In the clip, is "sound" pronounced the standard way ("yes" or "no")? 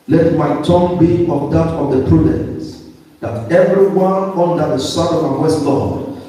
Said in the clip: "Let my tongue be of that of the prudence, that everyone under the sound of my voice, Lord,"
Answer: no